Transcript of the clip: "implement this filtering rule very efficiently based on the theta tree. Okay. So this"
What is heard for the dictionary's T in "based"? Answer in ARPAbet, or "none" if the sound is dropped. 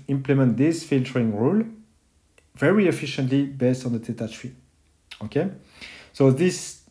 T